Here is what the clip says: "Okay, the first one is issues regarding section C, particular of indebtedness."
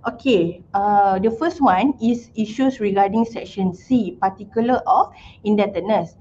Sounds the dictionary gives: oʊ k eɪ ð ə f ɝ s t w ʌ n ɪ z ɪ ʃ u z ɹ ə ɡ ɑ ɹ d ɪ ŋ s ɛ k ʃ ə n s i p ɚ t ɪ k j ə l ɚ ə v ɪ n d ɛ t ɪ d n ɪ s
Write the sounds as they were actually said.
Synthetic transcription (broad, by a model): oʊ k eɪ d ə f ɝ s t w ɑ n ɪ s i ʃ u s ɹ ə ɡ ɑ d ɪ ŋ s ɛ k ʃ ə n s i p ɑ t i k j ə l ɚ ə f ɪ n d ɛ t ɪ n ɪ s